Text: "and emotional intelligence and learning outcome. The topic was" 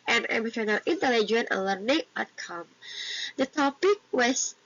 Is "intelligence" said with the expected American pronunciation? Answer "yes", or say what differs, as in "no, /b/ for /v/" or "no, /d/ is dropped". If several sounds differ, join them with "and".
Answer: no, /s/ is dropped